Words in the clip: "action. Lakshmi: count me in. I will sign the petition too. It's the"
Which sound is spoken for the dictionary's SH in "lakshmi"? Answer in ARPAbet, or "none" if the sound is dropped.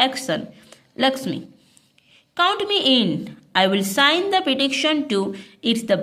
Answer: S